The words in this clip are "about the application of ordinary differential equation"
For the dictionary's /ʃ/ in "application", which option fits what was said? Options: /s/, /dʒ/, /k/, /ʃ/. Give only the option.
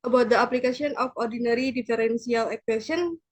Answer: /s/